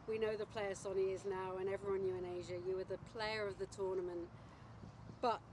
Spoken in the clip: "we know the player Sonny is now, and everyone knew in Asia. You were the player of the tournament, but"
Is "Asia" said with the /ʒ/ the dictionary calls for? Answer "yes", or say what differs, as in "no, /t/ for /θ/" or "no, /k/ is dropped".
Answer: yes